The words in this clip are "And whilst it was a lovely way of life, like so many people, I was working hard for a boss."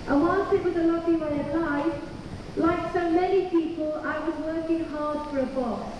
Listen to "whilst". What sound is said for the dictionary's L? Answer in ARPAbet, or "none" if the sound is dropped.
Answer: N